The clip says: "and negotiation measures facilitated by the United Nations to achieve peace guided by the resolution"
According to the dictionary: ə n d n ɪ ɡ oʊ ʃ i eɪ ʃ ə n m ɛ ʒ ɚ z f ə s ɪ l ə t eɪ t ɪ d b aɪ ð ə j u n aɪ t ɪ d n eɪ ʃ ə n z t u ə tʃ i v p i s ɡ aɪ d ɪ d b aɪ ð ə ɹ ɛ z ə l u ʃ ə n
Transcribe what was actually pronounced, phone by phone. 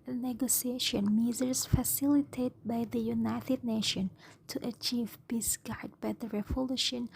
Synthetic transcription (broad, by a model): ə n n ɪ ɡ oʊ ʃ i eɪ ʃ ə n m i z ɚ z f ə s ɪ l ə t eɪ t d b aɪ ð ə j u n aɪ t ɪ d n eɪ ʃ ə n t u ə tʃ i v b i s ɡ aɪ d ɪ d b aɪ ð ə ɹ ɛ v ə l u ʃ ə n